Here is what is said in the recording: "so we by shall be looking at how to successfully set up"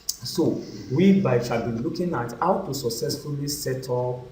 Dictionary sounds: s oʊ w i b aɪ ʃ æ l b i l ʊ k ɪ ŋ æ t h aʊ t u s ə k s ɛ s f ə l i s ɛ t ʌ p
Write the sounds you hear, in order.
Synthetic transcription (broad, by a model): s oʊ w i b aɪ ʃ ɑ b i l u k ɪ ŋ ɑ t h aʊ t u s ə k s ɛ s f ə l i s ɛ t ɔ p